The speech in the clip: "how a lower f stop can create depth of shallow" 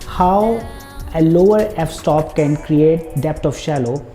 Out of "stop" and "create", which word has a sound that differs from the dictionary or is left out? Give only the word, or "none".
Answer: none